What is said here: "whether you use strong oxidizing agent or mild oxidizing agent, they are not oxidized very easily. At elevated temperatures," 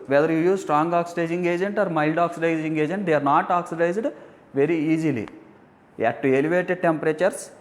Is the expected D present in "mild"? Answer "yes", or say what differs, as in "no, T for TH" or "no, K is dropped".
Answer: yes